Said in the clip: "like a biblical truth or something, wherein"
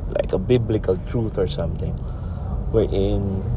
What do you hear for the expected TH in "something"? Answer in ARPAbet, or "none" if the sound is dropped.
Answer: T